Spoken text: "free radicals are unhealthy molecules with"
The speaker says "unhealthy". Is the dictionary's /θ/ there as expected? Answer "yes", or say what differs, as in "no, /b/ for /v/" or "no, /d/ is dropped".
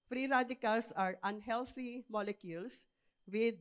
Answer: no, /t/ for /θ/